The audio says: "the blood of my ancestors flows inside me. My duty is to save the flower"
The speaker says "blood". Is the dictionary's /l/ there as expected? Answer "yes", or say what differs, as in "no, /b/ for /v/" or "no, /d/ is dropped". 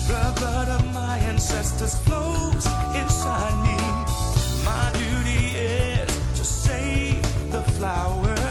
no, /l/ is dropped